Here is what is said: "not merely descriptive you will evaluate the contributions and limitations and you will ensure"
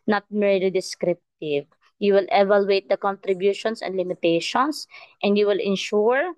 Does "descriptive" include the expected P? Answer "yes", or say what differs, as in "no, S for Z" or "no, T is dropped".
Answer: yes